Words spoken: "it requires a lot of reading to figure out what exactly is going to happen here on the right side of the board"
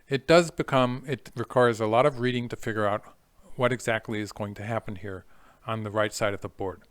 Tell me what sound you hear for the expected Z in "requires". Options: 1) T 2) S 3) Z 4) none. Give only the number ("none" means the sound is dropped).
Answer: 3